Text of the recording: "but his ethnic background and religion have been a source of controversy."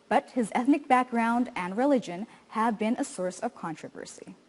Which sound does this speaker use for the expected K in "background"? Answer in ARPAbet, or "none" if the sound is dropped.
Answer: K